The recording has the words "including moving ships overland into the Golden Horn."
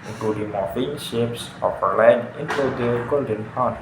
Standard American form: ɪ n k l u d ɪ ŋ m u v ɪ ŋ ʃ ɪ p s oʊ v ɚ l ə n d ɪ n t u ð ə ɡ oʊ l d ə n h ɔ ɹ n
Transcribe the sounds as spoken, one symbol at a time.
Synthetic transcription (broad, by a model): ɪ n k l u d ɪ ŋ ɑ f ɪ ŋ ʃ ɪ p s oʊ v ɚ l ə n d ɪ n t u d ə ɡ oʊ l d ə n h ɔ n